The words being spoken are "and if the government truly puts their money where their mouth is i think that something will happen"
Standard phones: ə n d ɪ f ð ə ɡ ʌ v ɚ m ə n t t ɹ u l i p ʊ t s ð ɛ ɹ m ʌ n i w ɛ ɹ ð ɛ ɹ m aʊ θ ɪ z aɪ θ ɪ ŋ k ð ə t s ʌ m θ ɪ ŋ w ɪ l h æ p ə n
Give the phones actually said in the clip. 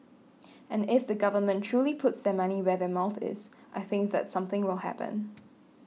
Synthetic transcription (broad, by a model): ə n ɪ f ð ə ɡ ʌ v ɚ m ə n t t ɹ u l i p ʊ t s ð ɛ m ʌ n i w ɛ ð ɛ m aʊ θ ɪ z aɪ θ ɪ ŋ k ð ə t s ʌ m θ ɪ ŋ w ɪ l h æ p ə n